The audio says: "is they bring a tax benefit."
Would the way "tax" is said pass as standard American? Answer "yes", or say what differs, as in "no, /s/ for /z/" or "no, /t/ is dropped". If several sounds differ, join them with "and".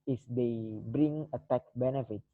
no, /s/ is dropped